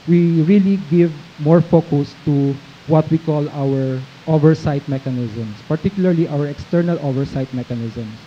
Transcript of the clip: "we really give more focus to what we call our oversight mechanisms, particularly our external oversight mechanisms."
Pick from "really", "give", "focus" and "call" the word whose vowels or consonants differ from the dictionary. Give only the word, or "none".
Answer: none